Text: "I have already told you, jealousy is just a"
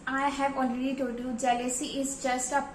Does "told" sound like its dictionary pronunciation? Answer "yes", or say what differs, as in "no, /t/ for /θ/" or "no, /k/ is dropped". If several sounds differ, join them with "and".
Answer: no, /l/ is dropped